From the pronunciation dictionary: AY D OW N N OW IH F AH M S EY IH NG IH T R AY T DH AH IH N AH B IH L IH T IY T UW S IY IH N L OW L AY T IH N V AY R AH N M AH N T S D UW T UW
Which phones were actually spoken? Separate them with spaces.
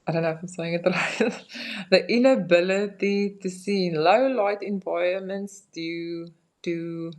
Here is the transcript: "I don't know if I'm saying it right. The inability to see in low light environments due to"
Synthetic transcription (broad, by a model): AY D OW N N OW IH F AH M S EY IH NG IH T R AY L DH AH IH N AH B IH L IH T IY T UW S IY N L OW L AY T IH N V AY AH M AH N T S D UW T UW